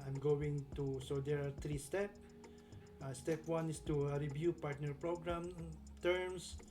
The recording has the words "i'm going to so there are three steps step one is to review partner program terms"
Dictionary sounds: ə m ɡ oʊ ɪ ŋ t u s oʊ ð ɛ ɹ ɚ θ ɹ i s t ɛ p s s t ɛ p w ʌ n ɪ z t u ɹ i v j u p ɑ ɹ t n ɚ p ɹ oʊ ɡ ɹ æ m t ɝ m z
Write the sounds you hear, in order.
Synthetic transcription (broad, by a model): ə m ɡ oʊ ɪ ŋ t u s oʊ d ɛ ɹ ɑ t ɹ i s t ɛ p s s t ɛ p w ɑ n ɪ s t u ɹ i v j u p ɑ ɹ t n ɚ p ɹ oʊ ɡ ɹ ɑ m t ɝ m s